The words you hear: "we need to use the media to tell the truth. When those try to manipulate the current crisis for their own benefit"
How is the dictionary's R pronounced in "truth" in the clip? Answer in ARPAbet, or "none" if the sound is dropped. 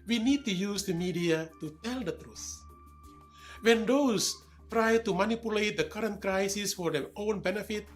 R